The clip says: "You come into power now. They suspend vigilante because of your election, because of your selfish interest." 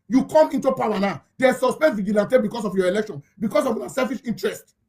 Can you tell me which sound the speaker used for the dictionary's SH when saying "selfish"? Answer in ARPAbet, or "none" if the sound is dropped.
SH